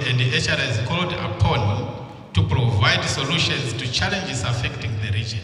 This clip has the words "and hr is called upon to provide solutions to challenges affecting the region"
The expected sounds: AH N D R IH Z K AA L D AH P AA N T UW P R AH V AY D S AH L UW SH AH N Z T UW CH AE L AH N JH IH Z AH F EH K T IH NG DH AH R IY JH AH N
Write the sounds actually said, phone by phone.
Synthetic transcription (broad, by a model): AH N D R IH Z K AA L D AH P AA N T UW P R AH V AY D S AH L UW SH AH N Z T UW CH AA L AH N JH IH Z AH F EH K T IH NG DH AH R IY JH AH N